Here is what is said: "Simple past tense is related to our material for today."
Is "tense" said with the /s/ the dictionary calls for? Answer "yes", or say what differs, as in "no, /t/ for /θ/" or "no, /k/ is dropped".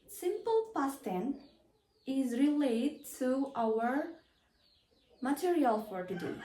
no, /s/ is dropped